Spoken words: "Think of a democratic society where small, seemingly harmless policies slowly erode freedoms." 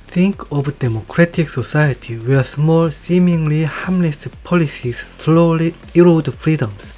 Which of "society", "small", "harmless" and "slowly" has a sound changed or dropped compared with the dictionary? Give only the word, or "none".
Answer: harmless